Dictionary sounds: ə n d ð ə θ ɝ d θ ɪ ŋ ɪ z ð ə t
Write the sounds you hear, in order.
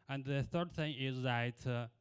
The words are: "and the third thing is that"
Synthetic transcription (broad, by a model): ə n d ð ə θ ɝ d θ ɪ ŋ ɪ z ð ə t